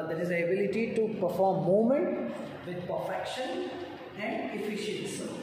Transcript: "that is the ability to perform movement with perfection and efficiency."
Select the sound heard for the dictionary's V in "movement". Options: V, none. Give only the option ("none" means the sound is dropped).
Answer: none